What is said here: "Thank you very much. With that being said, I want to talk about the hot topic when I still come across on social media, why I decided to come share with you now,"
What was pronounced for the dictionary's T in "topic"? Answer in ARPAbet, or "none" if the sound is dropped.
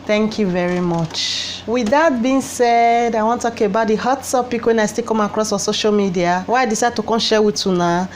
S